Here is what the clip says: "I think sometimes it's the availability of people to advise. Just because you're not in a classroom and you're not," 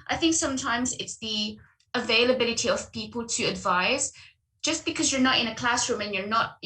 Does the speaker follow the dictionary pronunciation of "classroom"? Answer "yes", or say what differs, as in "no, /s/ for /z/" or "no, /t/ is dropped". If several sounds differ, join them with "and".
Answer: yes